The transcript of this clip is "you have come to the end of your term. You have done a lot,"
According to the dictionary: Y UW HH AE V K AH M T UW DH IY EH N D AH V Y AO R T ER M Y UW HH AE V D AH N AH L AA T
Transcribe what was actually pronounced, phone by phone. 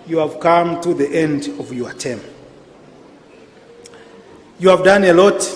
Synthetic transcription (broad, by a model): Y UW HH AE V K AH M T UW DH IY EH N D AH V Y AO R T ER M Y UW HH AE V D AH N AH L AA T